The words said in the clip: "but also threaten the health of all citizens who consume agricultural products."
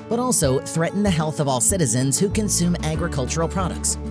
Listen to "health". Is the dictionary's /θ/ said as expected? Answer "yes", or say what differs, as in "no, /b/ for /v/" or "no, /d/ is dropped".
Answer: yes